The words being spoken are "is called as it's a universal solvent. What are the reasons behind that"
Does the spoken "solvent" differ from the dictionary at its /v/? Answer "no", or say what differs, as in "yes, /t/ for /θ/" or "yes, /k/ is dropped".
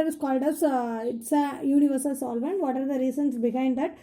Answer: no